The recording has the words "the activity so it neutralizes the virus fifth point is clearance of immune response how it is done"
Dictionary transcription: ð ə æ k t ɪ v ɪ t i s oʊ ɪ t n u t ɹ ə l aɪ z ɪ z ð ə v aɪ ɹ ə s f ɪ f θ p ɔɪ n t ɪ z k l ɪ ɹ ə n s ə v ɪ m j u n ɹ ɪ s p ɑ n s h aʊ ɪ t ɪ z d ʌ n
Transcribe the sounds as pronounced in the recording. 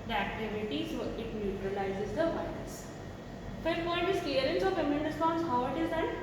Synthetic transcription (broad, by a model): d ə æ k t ɪ v ɪ t i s ɪ t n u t ɹ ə l aɪ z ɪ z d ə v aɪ l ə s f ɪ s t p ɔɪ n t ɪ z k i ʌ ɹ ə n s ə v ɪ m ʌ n ɹ ɪ s p ɑ n s h aʊ ɪ t ɪ z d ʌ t